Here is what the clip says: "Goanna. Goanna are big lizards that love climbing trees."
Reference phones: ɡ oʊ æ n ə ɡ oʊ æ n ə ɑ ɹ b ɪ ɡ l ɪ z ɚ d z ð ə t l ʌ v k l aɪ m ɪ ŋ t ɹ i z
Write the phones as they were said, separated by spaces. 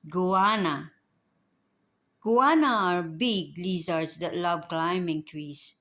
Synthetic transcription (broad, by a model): ɡ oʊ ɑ n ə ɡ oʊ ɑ n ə ɑ ɹ b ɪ ɡ l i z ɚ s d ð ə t l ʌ b k l aɪ m ɪ ŋ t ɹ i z